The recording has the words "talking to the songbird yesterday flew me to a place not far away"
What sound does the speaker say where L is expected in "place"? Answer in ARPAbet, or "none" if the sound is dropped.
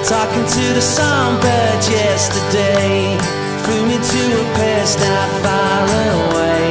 none